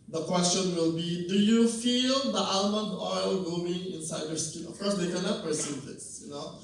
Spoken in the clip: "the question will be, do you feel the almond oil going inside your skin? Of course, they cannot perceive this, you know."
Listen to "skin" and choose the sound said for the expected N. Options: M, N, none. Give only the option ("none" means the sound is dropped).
none